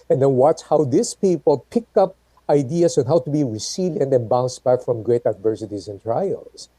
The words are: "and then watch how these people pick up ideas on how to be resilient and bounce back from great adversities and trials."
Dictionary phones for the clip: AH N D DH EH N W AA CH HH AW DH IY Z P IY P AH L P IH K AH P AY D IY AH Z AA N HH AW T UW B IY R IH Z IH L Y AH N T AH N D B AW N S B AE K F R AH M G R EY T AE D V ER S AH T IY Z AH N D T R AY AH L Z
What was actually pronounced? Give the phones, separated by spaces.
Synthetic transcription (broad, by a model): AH N D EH N W AA CH HH AW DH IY S P IY P AH L P IH K AH P AY D IY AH S AA N HH AW T UW B IY R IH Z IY L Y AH N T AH N B AW N S B AE K F R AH M G R EY T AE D V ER S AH T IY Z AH N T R AY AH L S